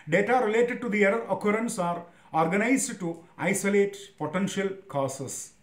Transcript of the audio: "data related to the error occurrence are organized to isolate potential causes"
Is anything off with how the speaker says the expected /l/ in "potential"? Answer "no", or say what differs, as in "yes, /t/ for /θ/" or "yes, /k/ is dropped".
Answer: no